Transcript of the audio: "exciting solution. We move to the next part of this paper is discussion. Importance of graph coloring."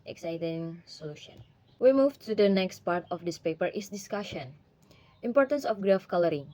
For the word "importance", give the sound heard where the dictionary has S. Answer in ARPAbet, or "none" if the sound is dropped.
S